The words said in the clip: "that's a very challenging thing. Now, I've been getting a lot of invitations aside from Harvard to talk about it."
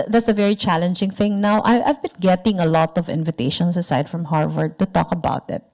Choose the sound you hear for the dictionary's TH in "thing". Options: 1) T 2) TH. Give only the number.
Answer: 2